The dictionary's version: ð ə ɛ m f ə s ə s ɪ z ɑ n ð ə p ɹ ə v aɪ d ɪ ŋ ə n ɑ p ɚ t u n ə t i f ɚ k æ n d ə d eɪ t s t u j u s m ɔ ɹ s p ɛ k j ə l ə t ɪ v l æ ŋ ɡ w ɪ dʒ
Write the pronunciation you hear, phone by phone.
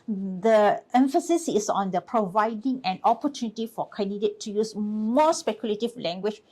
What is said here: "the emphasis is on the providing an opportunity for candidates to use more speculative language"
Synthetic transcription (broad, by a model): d ə ɛ m f ə s ə s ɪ s ɑ n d ə p ɹ ə v aɪ d ɪ ŋ ə n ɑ p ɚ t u n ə t i f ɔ k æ n d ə d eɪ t t u j u s m ɔ s p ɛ k j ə l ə t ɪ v l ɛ ŋ ɡ w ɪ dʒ